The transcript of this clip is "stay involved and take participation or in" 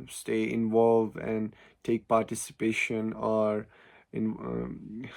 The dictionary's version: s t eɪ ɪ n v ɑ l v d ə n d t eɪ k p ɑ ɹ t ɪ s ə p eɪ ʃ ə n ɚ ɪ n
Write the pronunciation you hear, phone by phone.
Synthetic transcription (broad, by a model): s t eɪ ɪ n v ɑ l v ə n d t eɪ k p ɑ ɹ t ɪ s ə p eɪ ʃ ə n ɚ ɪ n